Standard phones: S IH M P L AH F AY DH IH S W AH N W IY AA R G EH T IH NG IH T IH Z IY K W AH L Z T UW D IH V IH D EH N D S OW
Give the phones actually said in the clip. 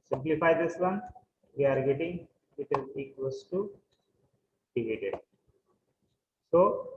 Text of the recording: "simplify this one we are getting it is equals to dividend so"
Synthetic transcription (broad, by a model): S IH M P L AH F AY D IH S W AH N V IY AA R G EH T IH NG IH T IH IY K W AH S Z T UW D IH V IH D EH D S OW